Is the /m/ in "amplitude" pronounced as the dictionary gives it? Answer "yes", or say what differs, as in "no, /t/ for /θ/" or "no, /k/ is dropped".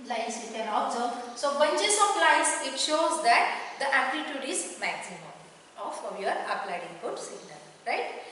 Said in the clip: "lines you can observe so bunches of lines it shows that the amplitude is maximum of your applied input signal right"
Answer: no, /m/ is dropped